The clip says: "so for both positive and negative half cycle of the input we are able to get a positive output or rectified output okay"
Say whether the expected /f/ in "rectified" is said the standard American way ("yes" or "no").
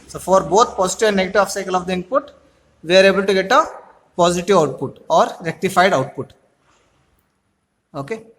yes